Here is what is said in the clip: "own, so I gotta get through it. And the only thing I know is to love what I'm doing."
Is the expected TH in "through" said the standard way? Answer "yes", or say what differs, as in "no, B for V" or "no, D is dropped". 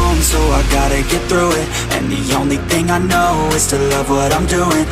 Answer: yes